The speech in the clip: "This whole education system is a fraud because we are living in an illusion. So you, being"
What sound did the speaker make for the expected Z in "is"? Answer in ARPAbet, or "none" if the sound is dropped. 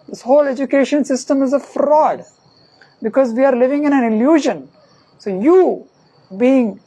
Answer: Z